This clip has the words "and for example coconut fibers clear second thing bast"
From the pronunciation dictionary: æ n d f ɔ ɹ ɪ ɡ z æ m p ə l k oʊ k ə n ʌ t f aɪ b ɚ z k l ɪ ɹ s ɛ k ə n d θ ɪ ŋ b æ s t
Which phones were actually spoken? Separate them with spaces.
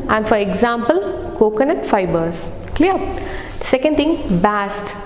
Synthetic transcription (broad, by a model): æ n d f ɔ ɹ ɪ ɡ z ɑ m p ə l k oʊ k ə n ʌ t f aɪ b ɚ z k l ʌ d s ɛ k ə n d t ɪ ŋ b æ s t